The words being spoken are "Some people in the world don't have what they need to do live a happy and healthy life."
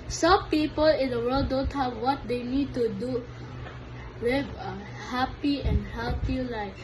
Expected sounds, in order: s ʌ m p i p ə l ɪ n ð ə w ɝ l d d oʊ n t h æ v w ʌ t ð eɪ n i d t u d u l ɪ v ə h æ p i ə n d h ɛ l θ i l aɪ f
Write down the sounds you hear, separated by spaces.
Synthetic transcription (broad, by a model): s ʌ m p i p ə l ɪ n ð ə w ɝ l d d oʊ n t h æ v w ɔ t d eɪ n i d t u d u w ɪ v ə h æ p i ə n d h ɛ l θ i l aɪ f